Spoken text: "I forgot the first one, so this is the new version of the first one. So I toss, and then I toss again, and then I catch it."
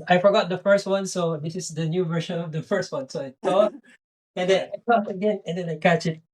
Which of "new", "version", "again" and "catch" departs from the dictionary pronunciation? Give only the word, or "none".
version